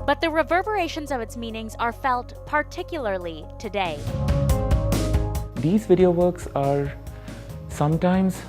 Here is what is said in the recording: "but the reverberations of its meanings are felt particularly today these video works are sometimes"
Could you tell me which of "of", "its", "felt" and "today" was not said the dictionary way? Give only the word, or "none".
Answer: none